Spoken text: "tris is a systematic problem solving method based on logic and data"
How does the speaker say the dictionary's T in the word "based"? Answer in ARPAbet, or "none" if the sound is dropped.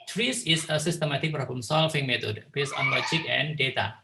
none